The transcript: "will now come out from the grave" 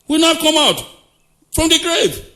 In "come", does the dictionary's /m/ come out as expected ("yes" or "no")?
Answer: yes